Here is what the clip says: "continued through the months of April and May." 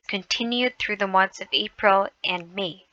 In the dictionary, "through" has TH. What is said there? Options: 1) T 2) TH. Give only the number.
2